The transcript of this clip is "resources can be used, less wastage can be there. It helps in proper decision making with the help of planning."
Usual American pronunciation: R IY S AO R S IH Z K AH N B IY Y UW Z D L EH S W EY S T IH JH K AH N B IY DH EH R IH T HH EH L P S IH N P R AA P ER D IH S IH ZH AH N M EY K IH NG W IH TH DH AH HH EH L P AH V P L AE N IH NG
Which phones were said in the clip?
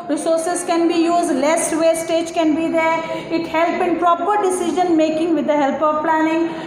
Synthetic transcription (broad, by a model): R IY S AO R S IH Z K AH N B IY Y UW Z D L EH S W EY S T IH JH K AH N B IY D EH R IH T HH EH L P IH N P R AA P ER D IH S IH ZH AH N M EY K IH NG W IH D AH HH EH L P AH V P L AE N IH NG